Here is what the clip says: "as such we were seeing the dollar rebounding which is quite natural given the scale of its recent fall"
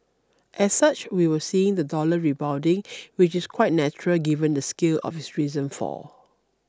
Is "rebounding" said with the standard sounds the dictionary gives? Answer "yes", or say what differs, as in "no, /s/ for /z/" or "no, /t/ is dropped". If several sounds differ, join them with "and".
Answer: no, /n/ is dropped